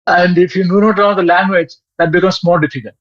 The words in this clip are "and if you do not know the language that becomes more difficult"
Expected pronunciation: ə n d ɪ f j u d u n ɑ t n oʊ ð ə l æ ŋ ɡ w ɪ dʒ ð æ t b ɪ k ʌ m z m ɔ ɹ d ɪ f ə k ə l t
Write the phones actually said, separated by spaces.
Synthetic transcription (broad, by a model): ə n d ɪ f j u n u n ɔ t l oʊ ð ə l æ ŋ ɡ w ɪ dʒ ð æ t b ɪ k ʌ m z m ɔ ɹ d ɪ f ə k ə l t